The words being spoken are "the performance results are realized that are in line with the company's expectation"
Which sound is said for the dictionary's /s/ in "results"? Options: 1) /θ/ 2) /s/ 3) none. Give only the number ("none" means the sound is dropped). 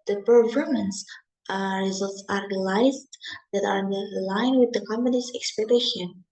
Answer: 2